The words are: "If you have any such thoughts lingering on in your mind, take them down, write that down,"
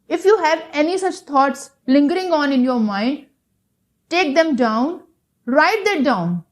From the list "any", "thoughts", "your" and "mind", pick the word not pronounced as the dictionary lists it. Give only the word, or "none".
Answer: thoughts